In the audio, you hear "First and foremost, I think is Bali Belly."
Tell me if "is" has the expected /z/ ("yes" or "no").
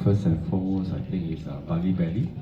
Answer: no